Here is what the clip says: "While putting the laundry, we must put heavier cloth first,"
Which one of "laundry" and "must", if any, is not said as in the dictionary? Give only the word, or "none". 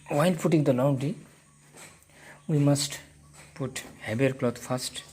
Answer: laundry